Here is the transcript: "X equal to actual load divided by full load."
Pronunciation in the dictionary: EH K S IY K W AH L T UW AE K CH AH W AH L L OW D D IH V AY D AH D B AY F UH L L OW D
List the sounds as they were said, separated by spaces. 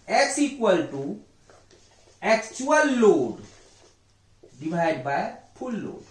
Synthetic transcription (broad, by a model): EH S IY K W AH L T UW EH K CH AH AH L L OW D D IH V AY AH D B AY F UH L L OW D